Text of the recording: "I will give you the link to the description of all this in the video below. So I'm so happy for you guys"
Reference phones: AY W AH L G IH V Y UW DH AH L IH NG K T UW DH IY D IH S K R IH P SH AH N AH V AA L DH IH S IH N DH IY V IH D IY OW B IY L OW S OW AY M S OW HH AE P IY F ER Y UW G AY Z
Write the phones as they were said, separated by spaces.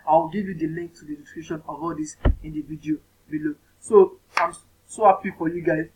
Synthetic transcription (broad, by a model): AY W AH L G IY V Y UW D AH L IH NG K T UW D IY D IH K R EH SH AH N AH V AA L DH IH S IH N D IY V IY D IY OW B IY L OW S OW AY M S OW HH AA P IY F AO Y UW G AY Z